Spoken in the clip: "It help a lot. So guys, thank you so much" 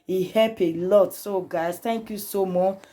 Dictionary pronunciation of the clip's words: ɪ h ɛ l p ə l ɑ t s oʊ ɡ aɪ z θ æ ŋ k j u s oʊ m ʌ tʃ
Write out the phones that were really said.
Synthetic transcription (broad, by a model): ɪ h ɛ p ə l ɑ t s oʊ ɡ aɪ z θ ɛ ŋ k j u s oʊ m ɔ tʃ